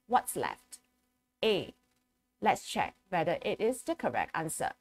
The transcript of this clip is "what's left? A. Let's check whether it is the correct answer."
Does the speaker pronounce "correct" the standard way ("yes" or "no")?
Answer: yes